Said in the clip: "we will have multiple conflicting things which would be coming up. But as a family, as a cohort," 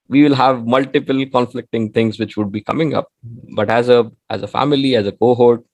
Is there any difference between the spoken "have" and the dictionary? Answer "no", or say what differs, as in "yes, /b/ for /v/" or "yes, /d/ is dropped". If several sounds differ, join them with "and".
no